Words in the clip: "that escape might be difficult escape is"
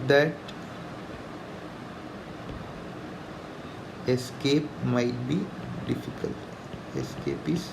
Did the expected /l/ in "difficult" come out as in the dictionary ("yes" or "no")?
yes